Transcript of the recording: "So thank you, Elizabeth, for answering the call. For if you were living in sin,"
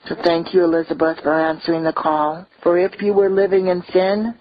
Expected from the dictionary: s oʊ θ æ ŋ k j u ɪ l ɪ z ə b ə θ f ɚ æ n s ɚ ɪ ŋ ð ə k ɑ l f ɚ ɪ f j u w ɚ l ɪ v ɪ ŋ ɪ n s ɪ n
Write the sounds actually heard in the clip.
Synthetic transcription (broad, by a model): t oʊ θ æ ŋ k j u ɪ l ɪ z ə b ə θ f ɚ æ n s ɚ ɪ ŋ ð ə k ɑ l f ɚ ɪ f j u w ɚ l ɪ v ɪ ŋ ɪ n s ɪ n